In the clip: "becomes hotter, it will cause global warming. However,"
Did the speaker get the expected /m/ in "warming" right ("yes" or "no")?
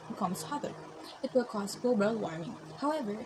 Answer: no